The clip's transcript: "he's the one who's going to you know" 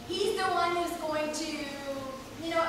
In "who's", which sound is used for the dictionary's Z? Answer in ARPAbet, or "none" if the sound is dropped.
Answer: Z